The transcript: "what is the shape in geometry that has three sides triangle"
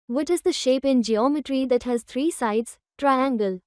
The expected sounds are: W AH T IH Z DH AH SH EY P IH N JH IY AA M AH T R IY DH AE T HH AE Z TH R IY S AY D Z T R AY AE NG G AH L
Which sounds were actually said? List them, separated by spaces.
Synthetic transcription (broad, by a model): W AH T IH Z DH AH SH EY P IH N JH IY AA M AH T R IY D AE T HH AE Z T R IY S AY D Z T R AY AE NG G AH L